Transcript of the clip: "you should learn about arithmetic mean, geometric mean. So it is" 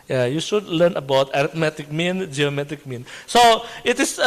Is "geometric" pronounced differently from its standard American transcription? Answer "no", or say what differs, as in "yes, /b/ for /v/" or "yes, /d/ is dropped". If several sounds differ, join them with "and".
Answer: yes, /ɹ/ is dropped